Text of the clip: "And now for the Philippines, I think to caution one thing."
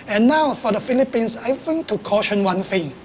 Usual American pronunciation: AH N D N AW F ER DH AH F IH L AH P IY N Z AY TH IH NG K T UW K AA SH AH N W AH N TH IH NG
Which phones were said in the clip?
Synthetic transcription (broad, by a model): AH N N AW F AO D AH F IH L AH P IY N S AY F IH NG T UW K AA SH AH N W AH N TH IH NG